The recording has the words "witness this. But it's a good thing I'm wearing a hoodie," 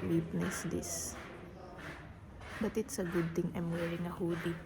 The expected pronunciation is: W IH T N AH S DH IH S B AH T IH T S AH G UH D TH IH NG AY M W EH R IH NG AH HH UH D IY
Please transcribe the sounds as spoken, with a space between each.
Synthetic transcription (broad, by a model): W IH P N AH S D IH S B AH T IH T S AH G UH D T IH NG AY M W EH R IH NG AH HH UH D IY